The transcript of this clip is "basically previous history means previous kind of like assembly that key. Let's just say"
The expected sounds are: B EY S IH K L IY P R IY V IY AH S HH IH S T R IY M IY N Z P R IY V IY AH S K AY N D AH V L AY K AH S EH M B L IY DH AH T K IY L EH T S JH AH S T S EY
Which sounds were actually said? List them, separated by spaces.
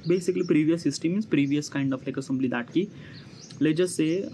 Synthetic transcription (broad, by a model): B EY S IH K L IY P R IY V IY AH S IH S T IY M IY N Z P R IY V IY AH S K AY N D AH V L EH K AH S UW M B L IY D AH T K IY L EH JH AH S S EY